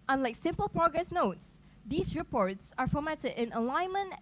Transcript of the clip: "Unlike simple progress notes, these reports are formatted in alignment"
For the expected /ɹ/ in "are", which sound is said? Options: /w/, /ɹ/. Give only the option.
/ɹ/